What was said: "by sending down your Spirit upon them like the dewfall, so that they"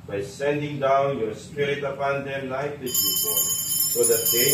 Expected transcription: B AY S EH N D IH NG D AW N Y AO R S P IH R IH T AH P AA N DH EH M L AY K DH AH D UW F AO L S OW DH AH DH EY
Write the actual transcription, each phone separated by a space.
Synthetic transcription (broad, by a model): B AY S EH N D IH NG D AW N Y AO R S P IH R IH T AH P AA N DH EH M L AY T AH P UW P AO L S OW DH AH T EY